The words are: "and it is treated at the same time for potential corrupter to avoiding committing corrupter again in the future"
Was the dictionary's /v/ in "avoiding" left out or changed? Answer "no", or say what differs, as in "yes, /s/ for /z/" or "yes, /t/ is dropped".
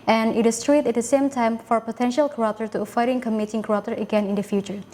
yes, /f/ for /v/